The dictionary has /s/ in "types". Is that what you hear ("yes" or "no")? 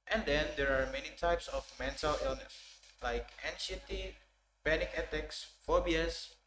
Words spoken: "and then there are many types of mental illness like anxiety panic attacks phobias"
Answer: yes